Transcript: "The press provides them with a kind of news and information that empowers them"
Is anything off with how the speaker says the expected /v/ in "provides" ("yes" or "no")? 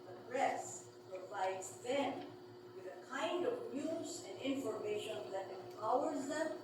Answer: yes